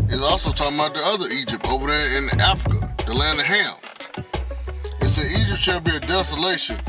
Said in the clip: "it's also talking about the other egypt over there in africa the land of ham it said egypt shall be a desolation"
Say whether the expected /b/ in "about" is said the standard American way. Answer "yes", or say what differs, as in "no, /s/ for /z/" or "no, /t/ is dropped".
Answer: no, /b/ is dropped